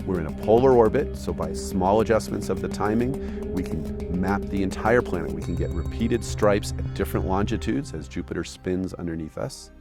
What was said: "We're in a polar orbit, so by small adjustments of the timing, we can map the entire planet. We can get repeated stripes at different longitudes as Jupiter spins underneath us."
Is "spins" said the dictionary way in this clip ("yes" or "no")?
yes